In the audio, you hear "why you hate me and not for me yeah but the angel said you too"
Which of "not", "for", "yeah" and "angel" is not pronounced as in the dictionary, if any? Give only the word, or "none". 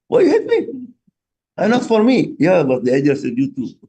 angel